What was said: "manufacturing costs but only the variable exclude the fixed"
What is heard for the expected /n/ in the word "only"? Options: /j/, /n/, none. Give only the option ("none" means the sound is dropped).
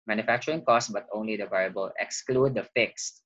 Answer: /n/